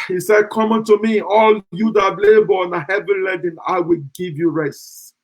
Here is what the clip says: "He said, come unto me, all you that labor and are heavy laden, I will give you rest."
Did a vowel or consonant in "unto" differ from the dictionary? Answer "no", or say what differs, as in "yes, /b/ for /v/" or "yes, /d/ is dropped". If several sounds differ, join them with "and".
no